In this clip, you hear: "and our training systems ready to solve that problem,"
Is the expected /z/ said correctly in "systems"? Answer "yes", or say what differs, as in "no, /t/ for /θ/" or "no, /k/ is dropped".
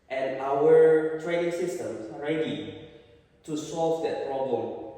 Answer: no, /s/ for /z/